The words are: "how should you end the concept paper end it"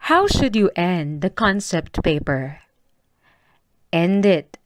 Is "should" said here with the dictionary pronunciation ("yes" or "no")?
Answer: yes